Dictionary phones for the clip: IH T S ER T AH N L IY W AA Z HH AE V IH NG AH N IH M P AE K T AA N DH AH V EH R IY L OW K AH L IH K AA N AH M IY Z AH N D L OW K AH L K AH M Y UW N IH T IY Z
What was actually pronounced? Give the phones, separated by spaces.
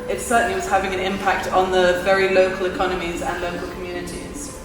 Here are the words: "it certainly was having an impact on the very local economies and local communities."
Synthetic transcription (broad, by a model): IH T S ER T N L IY W AA Z HH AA V IH NG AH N IH M P AE K T N DH AH V EH R IY L OW K AH L IH K AA N AH M IY Z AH N L OW K AH L K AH M Y UW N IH T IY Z